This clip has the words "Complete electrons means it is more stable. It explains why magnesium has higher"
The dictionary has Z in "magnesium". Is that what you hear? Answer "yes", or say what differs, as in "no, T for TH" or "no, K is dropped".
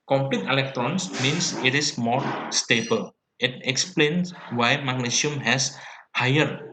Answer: no, S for Z